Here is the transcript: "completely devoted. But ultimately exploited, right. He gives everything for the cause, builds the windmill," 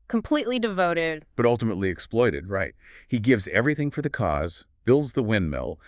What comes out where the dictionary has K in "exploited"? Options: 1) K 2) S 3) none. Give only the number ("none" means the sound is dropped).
1